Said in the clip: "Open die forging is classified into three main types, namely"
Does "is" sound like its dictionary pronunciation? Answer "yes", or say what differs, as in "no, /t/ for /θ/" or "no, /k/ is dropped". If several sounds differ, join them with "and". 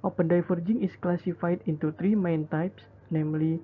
no, /s/ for /z/